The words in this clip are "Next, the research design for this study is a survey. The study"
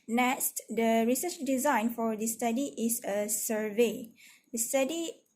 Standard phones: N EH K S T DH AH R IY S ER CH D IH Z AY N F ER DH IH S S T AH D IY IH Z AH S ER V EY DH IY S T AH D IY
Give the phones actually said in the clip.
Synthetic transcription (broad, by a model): N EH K S T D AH R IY S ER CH D IH Z AY N F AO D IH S S T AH D IY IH S AH S ER V EY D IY S T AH D IY